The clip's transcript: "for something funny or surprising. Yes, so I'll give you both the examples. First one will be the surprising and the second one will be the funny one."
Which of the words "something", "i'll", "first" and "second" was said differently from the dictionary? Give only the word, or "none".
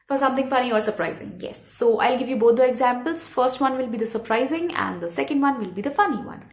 something